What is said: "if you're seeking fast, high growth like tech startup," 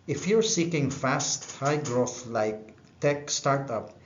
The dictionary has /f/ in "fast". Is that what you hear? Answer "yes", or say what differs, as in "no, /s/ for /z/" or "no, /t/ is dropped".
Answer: yes